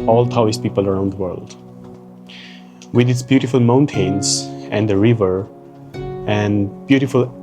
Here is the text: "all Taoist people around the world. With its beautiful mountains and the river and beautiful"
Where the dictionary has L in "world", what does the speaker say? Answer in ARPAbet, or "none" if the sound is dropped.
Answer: L